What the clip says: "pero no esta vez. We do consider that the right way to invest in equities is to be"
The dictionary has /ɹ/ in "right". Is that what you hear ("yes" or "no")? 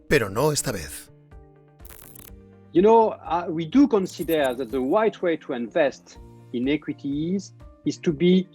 no